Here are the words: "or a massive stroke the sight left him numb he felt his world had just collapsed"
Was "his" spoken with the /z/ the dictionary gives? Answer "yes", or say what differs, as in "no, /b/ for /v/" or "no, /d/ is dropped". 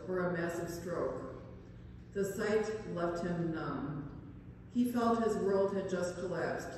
yes